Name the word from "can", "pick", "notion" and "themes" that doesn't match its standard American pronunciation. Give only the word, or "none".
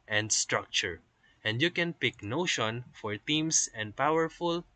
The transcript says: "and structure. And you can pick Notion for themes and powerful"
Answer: themes